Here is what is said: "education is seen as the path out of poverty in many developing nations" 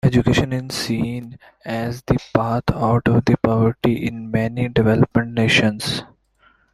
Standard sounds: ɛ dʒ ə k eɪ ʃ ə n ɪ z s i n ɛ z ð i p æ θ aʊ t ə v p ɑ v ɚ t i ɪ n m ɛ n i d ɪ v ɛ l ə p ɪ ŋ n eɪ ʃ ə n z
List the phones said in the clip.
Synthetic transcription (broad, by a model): ɛ dʒ ə k eɪ ʃ ə n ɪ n s i n ɛ z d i p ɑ t aʊ t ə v p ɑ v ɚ t i ɪ n m ɛ n i d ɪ v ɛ l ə p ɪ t n eɪ ʃ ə n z